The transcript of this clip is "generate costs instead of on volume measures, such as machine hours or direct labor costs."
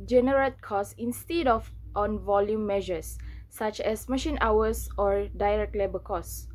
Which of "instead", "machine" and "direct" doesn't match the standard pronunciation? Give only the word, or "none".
none